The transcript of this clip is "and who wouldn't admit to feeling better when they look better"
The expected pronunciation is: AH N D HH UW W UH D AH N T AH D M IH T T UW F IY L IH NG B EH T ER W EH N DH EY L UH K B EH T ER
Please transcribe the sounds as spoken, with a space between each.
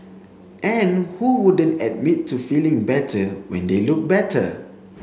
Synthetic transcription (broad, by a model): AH N HH UW W UH D AH N T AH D M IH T T UW F IY L IH NG B EH T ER W EH N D EY L UH K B EH T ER